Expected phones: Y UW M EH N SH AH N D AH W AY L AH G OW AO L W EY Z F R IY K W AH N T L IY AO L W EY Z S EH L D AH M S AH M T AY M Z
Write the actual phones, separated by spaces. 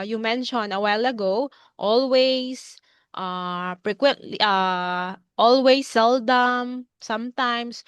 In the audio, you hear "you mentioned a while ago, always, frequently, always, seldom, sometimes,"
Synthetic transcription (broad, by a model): Y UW M EH N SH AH N AH W AY L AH G OW AO L W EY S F R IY K W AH N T L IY AO L W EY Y S EH L D AH M S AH M T AY M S